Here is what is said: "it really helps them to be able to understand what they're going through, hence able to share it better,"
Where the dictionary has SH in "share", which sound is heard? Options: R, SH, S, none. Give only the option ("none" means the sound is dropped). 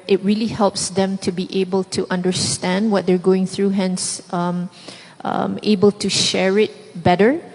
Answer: SH